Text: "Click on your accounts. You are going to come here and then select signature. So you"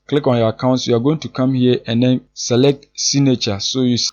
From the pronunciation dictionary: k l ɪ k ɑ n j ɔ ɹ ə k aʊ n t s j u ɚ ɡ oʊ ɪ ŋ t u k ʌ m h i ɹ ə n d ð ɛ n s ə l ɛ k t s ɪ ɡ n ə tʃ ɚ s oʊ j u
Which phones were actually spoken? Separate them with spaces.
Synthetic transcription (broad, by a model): k l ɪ k ɑ n j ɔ ə k aʊ n t s j u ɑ ɡ oʊ ɪ ŋ t u k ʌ m h i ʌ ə n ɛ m s ə l ɛ k t s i n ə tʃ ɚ s oʊ j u